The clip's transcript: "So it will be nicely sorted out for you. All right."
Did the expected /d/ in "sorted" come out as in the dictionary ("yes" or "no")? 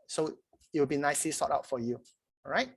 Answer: no